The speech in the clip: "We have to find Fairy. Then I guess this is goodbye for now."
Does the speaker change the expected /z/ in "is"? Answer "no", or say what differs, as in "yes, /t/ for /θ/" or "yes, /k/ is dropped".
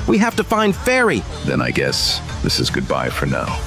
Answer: no